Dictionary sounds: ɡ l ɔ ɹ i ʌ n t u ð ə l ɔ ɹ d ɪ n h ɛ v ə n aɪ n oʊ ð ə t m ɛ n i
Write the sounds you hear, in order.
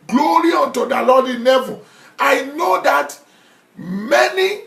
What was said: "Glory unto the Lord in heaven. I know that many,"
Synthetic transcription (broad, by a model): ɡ l ɔ ɹ i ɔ n t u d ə l ɔ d ɪ n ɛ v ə aɪ n oʊ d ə t m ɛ n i